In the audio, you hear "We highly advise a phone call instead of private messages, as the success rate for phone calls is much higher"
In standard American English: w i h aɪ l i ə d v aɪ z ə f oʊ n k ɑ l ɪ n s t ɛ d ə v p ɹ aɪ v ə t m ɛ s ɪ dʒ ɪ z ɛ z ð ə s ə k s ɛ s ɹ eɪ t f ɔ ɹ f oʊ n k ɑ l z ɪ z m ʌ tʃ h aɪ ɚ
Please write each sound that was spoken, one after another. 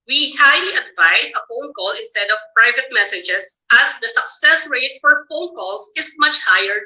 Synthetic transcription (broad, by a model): w i h aɪ l i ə d v aɪ s ə f oʊ n k ɑ l ɪ n s t ɛ d ə v p ɹ aɪ v ə t m ɛ s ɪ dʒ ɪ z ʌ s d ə s ə k s ɛ s ɹ eɪ t f ɔ ɹ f oʊ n k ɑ l s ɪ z m ʌ tʃ h aɪ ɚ